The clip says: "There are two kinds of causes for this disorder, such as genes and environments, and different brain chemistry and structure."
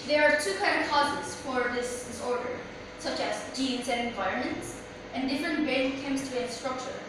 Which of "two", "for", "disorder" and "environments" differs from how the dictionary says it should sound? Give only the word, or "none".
none